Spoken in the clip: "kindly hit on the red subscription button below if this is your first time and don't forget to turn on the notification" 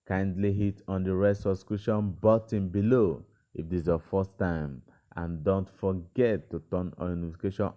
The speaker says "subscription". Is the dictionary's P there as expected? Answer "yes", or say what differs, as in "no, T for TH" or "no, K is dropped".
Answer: no, P is dropped